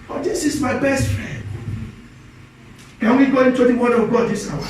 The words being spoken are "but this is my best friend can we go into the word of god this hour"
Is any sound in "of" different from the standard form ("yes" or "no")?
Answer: yes